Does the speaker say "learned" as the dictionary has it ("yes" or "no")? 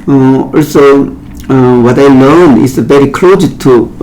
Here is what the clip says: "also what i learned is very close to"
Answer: no